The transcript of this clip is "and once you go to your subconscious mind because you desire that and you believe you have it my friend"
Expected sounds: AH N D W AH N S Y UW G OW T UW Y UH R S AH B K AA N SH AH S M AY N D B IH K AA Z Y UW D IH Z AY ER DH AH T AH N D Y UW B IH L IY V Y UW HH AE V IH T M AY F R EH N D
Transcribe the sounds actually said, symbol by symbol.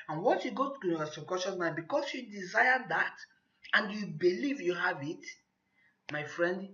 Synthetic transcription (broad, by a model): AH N W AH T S Y UW G OW T UW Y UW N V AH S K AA SH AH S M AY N B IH K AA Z Y UW D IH Z AY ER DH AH T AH N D Y UW B IH L IY V Y UW HH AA V IH T M AY F R EH N D